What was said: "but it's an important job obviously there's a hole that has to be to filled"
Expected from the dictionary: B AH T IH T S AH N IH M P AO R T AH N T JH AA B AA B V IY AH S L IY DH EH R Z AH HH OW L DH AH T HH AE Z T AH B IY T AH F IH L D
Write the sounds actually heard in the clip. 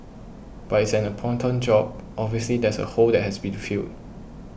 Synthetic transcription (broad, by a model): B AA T IH T S AH N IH P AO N T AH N JH AA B AA B V IY AH S L IY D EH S AH HH OW L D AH T HH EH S B IY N F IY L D